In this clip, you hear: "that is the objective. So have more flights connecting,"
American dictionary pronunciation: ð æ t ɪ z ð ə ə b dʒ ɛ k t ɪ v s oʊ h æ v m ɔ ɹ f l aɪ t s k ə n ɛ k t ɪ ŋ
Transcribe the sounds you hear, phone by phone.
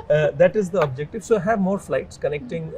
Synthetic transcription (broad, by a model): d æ t ɪ z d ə ə b dʒ ɛ k t ɪ v s oʊ h æ v m ɔ ɹ f l aɪ t s k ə n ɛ k t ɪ ŋ